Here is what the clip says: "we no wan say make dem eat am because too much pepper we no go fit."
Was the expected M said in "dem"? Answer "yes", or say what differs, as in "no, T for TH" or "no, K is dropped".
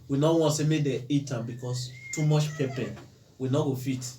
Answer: no, M is dropped